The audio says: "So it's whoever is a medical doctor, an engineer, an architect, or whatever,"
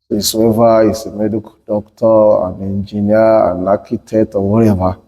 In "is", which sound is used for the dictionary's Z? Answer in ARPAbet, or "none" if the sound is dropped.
S